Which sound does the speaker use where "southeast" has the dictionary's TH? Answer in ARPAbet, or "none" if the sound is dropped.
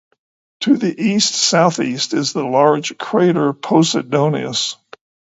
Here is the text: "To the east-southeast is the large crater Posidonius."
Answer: TH